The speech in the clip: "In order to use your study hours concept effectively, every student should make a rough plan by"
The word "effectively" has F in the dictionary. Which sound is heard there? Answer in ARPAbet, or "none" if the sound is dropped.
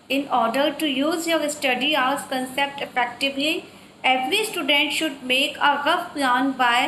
P